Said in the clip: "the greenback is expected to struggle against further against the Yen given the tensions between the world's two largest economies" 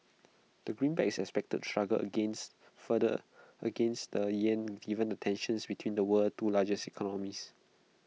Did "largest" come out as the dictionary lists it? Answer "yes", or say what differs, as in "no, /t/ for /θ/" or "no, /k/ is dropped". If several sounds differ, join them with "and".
no, /t/ is dropped